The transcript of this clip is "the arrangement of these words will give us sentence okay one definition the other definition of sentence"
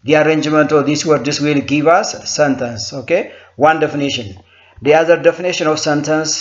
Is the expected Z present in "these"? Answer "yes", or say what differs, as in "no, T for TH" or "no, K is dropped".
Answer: no, S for Z